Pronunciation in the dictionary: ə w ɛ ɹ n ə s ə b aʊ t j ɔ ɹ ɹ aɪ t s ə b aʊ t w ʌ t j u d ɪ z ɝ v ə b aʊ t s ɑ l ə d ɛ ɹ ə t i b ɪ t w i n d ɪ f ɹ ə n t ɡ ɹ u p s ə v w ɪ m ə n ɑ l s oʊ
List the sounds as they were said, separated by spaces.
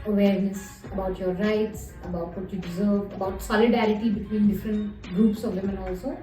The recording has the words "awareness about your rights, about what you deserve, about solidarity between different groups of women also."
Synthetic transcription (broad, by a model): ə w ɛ ɹ n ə s ə b aʊ t j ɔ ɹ ɹ aɪ t s ə b aʊ t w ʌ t j u d ɪ z ɝ v ə b aʊ t s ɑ l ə d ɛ ɹ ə t i b ɪ t w i n d ɪ f ɹ ə n t ɡ ɹ u p s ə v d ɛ m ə n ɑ l s oʊ